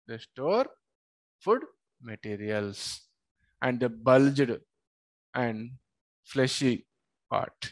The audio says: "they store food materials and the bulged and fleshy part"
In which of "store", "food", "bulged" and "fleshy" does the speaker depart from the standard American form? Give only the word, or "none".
none